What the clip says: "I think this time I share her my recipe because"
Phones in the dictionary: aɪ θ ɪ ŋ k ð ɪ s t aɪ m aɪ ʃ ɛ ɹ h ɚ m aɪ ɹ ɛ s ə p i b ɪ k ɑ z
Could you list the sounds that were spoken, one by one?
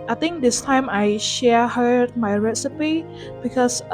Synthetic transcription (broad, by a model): aɪ t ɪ ŋ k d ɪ s t aɪ m aɪ ʃ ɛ h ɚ m aɪ ɹ ɛ s ə p i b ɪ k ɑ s